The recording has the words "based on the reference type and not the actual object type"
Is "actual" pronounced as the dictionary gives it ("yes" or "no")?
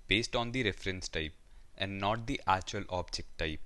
no